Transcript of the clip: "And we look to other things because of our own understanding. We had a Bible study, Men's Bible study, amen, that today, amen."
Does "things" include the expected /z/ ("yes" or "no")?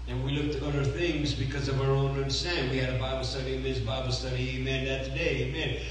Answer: yes